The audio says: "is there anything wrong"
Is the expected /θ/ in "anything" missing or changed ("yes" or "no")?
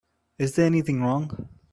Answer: no